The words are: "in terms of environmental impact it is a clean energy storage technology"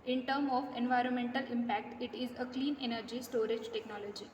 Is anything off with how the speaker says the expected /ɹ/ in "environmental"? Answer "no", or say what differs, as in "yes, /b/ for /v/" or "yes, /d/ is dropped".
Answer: no